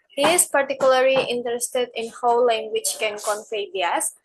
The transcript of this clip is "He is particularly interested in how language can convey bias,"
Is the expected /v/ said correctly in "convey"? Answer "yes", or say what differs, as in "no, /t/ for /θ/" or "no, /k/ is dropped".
no, /f/ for /v/